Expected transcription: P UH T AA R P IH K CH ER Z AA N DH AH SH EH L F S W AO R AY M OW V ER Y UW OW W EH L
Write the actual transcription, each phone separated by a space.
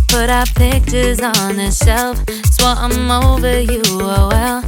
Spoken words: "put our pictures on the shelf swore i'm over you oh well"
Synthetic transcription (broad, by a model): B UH T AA P IH K CH ER Z N DH AH SH EH L F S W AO AY M OW V ER Y UW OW W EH L